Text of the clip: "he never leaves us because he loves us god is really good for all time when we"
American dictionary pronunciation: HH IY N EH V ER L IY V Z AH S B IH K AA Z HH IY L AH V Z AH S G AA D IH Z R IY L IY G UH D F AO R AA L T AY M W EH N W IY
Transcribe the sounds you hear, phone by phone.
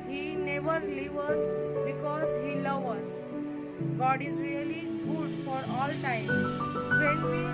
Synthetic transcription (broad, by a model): HH IY N EH V ER L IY V AH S B IH K AA Z HH IY L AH V AH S G AA D IH Z R IY L IY G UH D F AO R AA L T AY M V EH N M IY